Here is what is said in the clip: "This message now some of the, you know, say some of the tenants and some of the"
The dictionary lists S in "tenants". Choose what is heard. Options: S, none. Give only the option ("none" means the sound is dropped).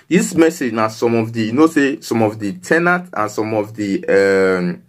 none